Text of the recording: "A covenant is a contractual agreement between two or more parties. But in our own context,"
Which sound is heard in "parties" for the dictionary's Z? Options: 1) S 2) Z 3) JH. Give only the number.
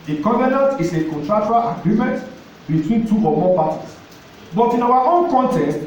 1